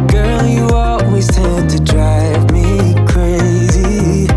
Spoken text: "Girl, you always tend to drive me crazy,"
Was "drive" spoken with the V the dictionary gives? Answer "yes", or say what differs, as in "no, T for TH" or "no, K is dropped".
yes